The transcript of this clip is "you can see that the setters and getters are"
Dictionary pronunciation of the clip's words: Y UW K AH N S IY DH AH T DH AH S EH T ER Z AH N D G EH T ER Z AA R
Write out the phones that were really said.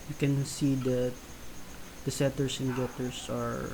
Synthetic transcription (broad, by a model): Y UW K AH N S IY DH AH T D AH S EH T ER S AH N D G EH T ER S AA R